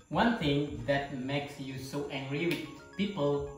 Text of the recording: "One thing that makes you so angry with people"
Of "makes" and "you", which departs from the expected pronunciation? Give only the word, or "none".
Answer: none